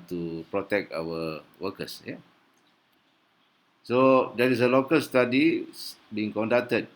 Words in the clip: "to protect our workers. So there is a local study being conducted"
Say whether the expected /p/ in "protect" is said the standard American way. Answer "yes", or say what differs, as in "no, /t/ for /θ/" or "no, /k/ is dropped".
yes